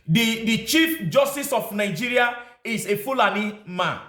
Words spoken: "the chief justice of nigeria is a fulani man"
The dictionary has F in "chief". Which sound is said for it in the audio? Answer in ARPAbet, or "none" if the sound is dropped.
F